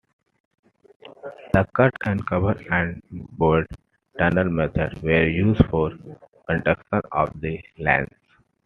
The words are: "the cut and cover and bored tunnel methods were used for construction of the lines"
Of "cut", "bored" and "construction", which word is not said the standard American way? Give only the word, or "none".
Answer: construction